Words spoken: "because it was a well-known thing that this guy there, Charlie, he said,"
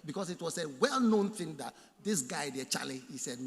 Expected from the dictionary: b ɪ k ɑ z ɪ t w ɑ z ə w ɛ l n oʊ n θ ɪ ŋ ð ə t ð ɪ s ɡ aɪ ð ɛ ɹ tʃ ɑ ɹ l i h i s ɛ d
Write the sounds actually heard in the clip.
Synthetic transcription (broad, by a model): b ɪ k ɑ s ɪ t w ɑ s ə w ɛ l n oʊ n θ ɪ ŋ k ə t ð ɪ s ɡ aɪ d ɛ tʃ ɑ l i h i s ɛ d